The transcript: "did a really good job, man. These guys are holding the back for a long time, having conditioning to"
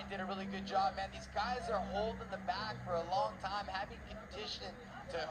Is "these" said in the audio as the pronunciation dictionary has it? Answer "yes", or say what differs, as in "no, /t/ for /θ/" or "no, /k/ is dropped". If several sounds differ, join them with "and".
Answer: yes